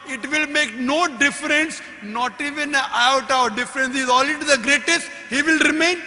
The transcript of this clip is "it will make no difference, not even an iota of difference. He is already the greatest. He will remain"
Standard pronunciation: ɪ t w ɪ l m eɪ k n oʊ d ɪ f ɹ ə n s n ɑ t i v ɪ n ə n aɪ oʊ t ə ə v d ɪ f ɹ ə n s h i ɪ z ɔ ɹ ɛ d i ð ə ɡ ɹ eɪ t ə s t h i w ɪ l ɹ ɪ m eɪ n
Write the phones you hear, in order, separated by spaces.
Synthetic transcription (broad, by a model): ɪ t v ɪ l m eɪ k n oʊ d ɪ f ɹ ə n s n ɑ t i v ɪ n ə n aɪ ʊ t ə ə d d ɪ f ɹ ə n s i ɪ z ɔ l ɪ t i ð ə ɡ ɹ eɪ t ə s t h i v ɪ l ɹ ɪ m eɪ n